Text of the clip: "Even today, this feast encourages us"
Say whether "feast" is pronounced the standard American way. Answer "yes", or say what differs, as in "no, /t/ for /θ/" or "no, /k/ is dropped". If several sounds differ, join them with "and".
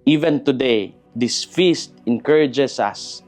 yes